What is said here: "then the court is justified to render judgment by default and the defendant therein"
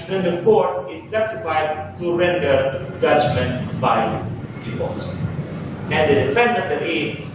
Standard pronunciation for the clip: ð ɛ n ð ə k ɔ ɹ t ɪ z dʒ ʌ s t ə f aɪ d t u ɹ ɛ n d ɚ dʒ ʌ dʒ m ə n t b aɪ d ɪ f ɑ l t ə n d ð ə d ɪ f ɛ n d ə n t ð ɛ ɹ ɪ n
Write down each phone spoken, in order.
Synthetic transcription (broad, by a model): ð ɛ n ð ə k ɔ ɹ t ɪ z dʒ ʌ s t ə f aɪ d t u ɹ ɛ n d ɚ dʒ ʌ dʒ m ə n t b aɪ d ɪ p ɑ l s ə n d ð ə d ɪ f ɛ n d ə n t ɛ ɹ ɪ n